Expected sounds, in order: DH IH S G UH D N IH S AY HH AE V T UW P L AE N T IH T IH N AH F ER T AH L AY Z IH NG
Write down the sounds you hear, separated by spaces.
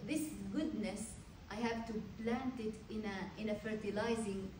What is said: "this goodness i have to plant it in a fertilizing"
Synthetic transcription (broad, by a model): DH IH S G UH D N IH S AY HH AE V T UW P L AE N T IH T IH N AH F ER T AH L AY Z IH NG